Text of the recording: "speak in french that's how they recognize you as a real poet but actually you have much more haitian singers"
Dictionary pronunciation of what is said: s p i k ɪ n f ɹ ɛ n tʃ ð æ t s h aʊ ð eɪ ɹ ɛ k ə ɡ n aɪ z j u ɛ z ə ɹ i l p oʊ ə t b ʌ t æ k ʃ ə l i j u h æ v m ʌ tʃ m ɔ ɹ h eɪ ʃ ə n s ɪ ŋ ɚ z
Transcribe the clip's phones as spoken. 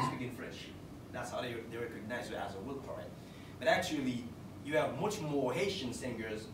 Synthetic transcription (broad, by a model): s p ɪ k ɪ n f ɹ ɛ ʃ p ð æ t s h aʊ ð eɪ ɹ ɛ k ə ɡ n aɪ z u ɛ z ə w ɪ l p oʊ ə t b ʌ t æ k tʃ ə l i j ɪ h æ v m ʌ tʃ m ɔ ɹ h eɪ ʃ ə n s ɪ ŋ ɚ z